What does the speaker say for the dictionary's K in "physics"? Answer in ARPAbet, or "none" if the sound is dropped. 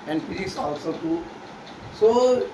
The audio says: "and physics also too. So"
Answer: none